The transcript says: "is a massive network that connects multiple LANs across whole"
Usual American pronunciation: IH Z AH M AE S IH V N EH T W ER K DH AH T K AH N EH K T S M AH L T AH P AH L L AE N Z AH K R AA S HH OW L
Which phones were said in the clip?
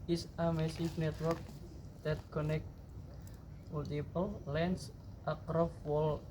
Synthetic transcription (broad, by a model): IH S AH M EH S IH F N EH T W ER K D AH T K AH N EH K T M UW L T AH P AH L L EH N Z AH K R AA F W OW L